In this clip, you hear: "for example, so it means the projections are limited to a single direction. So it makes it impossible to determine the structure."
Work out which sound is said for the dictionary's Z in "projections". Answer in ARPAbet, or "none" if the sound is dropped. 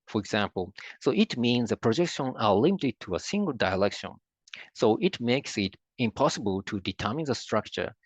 none